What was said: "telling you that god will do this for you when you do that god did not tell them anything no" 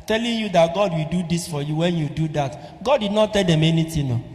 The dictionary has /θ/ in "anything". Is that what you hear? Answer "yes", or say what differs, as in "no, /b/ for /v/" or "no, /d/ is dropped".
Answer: no, /t/ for /θ/